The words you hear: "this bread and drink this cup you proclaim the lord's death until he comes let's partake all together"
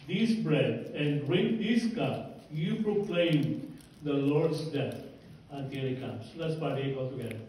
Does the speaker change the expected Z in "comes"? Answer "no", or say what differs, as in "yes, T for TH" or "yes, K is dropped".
yes, S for Z